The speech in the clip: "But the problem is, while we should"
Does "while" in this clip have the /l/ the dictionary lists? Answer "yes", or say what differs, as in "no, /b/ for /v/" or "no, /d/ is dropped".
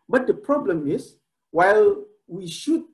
yes